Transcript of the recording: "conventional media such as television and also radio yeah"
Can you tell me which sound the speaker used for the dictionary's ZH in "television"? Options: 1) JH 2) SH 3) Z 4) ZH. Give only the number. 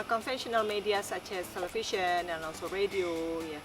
2